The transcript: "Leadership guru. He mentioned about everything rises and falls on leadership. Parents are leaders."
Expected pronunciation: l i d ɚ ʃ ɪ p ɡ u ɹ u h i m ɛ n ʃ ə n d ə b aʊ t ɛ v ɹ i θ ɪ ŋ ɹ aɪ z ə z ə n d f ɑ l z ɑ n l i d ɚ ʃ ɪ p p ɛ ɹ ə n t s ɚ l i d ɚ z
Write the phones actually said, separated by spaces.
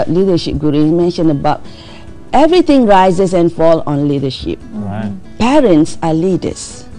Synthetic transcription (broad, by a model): l i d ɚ ʃ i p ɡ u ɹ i m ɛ n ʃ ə n ə b aʊ t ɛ v ɹ i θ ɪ ŋ ɹ aɪ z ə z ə n f ɑ l ɑ n l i d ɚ ʃ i p p ɛ ɹ ə n t s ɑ l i d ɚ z